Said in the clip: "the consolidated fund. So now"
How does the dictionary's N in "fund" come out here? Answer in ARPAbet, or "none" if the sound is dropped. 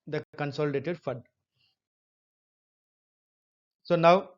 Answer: none